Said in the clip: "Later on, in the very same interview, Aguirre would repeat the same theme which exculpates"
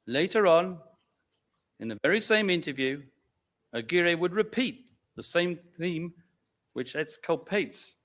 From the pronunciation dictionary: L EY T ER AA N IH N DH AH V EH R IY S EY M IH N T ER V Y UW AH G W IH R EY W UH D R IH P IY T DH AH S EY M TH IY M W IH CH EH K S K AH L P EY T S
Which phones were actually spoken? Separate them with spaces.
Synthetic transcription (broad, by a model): L EY T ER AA N IH N DH AH V EH R IY S EY M IH N T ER V Y UW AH G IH R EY W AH D R IH P IY T DH AH S EY M TH IY M W IH CH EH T S K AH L P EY T S